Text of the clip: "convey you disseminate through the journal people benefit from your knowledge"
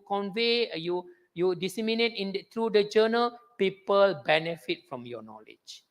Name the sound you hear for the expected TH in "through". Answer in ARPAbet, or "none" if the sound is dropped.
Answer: T